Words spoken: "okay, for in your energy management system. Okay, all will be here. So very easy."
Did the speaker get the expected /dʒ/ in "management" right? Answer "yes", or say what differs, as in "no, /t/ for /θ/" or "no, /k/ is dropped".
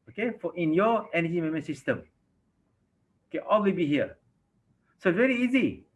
no, /dʒ/ is dropped